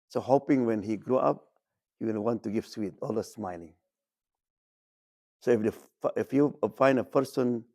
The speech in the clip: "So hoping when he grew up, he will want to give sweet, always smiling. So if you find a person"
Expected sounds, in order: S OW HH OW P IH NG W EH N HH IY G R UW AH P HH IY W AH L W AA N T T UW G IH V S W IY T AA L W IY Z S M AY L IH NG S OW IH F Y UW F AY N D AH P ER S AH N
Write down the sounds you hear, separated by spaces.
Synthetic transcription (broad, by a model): S OW HH OW P IH NG W EH N HH IY G R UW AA P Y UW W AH N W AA N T T UW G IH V S W IY T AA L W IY S M AY L IH NG S OW IH F Y UW F AY N D AH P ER S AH N